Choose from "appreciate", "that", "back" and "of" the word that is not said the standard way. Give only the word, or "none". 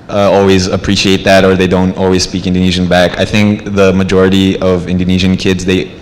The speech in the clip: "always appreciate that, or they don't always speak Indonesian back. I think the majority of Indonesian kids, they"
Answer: none